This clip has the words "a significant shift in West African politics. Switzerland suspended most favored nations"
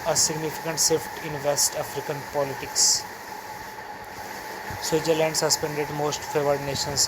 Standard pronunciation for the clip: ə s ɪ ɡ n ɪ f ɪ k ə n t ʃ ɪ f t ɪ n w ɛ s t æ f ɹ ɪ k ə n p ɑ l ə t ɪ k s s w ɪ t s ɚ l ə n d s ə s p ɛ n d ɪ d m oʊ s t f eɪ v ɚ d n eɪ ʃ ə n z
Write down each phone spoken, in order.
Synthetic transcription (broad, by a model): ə s ɪ ɡ n ɪ f ɪ k ə n t s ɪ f t ɪ n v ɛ s t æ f ɹ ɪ k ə n p ɑ l ə t ɪ k s s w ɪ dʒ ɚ l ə n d s ə s p ɛ n d ɪ d m oʊ s t f eɪ v ɚ d n eɪ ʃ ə n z